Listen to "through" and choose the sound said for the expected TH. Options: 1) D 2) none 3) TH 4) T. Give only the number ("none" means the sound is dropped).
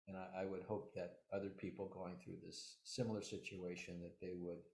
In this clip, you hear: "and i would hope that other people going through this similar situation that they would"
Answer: 3